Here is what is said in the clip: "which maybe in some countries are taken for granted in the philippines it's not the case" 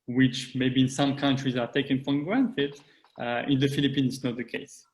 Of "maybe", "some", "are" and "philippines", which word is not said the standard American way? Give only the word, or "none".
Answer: philippines